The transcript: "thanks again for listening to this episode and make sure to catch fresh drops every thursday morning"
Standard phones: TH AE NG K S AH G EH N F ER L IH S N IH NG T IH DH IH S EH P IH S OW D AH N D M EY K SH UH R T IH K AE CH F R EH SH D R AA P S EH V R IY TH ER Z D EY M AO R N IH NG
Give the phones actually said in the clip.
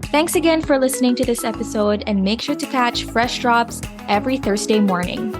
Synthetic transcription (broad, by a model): TH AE NG K S AH G EH N F ER L IH S N IH NG T IH DH IH S EH P IH S OW D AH N M EY K SH UH R T IH K AE CH F R EH SH D R AA P S EH V R IY TH ER Z D EY M AO R N IH NG